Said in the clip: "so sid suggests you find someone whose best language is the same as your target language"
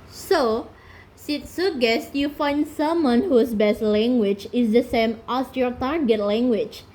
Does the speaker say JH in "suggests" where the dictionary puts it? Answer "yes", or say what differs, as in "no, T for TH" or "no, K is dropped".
no, JH is dropped